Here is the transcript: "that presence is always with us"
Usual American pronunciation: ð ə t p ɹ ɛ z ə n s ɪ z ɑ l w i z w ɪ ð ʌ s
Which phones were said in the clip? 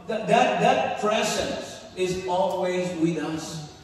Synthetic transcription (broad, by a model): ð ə t p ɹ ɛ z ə n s ɪ z ɑ l w i z w ɪ ð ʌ s